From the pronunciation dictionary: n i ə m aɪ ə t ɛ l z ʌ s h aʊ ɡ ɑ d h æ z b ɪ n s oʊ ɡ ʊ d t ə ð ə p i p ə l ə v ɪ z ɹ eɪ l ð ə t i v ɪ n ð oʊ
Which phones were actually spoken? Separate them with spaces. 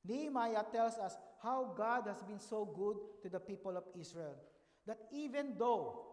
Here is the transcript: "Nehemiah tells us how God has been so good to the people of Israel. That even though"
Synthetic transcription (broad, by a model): n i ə m aɪ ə t ɛ l s ʌ s h aʊ ɡ ɑ d h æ s b ɪ n s oʊ ɡ ʊ d t ə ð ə p i p ə l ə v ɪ s ɹ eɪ l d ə t i v ɪ n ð oʊ